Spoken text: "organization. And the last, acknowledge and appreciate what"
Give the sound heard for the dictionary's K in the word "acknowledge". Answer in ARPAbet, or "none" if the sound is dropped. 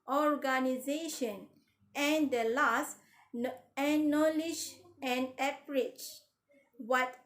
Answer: none